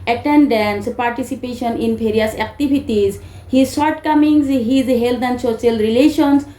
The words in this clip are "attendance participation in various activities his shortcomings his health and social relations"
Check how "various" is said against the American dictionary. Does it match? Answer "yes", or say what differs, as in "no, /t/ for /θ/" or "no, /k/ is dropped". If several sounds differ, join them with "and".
no, /p/ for /v/